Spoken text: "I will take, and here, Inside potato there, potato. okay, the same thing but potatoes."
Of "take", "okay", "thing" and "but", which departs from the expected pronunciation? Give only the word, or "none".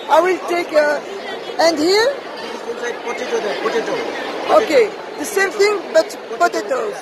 thing